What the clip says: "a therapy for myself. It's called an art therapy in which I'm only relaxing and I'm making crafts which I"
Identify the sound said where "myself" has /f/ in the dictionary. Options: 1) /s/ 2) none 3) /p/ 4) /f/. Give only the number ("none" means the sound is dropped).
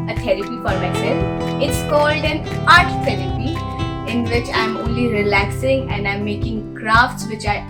2